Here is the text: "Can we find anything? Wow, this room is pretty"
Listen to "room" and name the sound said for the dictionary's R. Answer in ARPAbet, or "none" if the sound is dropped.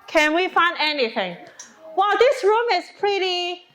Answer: R